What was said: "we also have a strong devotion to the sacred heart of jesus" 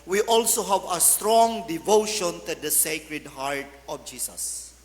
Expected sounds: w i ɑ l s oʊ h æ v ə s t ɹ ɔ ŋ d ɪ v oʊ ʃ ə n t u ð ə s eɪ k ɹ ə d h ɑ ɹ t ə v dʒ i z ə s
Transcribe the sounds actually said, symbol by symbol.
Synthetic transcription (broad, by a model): w i ɑ l s oʊ h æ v ə s t ɹ ɔ ŋ d ɪ v oʊ ʃ ə n t u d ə s eɪ k ɹ ə d h ɑ ɹ t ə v dʒ i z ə s